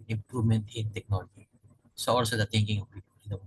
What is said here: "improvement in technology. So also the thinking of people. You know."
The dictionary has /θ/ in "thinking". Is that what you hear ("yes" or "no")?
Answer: no